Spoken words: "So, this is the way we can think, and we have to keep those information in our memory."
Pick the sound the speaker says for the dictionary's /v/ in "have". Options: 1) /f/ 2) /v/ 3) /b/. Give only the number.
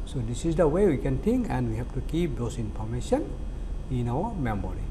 1